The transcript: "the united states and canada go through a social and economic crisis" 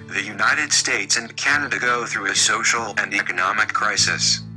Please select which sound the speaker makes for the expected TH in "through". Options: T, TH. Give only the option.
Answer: TH